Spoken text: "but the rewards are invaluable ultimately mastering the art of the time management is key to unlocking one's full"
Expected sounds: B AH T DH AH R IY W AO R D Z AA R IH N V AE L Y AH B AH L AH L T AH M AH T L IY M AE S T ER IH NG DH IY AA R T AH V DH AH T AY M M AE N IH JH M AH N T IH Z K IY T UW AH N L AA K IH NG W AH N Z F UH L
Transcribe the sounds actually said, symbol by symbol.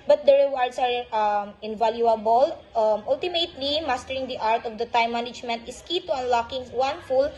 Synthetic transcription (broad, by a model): B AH T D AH R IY W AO R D S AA R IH N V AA L Y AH B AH L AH L T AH M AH T L IY M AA S T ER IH NG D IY AA R T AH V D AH T AY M M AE N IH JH M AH N T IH S K IY T UW AH N L AA K IH NG W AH N F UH L